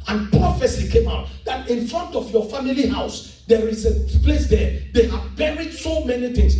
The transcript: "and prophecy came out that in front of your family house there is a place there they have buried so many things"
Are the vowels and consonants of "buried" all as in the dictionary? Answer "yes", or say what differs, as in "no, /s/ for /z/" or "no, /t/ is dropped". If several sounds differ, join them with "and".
yes